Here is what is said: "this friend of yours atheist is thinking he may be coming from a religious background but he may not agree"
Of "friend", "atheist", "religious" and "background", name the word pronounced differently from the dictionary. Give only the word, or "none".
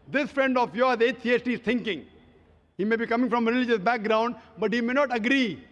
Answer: atheist